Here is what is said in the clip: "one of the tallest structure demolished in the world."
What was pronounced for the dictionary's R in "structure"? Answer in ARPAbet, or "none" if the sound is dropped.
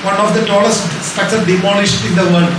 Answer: none